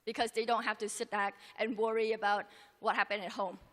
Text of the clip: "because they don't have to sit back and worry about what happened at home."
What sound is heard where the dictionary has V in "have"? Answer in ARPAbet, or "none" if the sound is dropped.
F